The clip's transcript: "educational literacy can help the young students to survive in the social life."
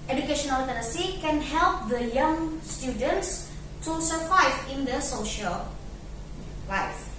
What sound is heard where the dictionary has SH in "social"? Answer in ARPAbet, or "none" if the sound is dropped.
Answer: SH